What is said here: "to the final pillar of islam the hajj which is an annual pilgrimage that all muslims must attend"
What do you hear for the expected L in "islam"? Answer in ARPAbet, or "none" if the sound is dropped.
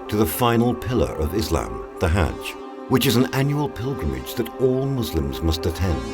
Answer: L